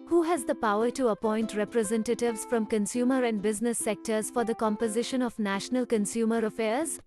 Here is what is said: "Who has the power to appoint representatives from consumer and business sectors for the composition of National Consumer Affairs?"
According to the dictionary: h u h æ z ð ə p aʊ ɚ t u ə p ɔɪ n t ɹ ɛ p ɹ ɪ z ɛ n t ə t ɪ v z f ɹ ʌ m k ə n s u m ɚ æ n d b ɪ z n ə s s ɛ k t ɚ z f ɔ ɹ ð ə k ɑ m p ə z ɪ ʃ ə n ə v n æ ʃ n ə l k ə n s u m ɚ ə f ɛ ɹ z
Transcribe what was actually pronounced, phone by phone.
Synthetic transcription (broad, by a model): h u h æ z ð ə p aʊ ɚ t u ə p ɔɪ n t ɹ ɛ p ɹ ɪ z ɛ n t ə t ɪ v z f ɹ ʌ m k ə n s u m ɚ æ n d b ɪ z n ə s s ɛ k t ɚ z f ɔ ɹ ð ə k ɑ m p ə z ɪ ʃ ə n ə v n æ ʃ n ə l k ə n s u m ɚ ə f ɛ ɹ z